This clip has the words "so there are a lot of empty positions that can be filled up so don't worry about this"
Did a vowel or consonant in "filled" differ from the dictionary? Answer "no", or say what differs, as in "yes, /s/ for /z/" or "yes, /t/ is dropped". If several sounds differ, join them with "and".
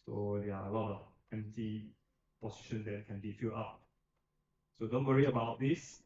yes, /d/ is dropped